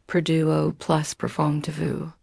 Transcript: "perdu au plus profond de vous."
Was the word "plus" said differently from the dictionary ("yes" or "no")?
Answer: no